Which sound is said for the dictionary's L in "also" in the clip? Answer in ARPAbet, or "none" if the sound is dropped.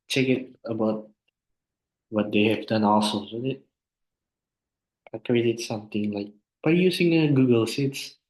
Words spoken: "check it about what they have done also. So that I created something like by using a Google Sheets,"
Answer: L